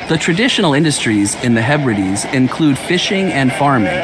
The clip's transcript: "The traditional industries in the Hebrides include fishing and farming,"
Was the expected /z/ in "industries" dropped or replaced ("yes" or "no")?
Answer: no